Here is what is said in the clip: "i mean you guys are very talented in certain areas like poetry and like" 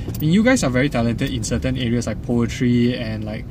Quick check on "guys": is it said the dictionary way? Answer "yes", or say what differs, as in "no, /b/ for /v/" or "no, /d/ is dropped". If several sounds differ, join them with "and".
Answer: no, /s/ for /z/